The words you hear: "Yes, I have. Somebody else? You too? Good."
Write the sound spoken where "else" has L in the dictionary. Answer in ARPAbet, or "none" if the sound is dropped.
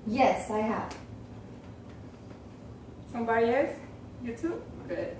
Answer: none